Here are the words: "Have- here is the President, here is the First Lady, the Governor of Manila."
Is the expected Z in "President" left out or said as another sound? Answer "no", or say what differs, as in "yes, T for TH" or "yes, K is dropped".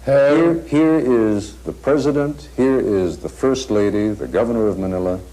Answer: no